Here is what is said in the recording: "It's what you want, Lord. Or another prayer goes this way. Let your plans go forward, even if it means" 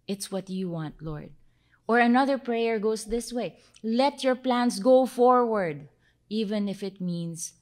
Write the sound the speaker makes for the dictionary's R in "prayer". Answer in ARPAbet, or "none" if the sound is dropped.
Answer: R